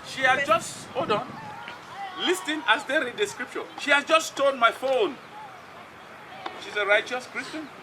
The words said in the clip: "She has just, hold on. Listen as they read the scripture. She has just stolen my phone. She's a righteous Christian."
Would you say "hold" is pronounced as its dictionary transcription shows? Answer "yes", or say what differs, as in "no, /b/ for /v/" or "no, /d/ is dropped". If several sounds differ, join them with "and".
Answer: no, /l/ is dropped